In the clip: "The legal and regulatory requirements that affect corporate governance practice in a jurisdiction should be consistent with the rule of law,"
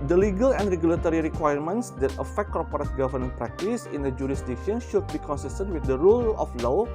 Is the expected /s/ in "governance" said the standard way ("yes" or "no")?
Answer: no